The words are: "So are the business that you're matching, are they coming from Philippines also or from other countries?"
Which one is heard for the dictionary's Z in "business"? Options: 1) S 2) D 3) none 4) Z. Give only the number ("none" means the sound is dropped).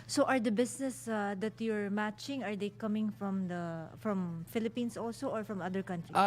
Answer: 1